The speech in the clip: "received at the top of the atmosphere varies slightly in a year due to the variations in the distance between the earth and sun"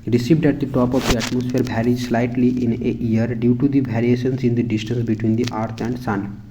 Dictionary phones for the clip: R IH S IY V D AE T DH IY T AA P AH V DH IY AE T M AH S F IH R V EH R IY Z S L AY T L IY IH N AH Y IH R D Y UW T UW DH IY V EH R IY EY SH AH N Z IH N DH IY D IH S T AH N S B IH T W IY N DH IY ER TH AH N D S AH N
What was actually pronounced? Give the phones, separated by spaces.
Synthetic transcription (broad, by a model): R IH S IY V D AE T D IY T AA P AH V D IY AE T M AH S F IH R B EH R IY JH S L AY T L IY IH N AH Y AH R D Y UW T UW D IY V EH R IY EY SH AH N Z IH N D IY D IH S T AH N S B IH T W IY N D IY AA T AH N D S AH N